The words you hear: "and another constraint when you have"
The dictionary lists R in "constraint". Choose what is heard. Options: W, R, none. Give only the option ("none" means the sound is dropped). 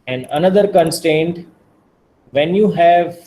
none